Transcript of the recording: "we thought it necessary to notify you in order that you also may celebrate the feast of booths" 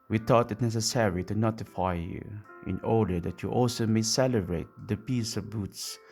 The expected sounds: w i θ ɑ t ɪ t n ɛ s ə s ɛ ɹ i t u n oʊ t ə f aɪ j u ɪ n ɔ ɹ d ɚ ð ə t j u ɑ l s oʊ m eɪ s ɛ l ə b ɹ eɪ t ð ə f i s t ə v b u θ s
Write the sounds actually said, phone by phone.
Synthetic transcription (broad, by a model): w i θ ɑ t ɪ t n ɛ s ə s ɛ ɹ i t u n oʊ t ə f aɪ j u ɪ n ɔ ɹ d ɚ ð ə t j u ɑ l s oʊ m eɪ s ɛ l ə b ɹ eɪ t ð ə p i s ə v b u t s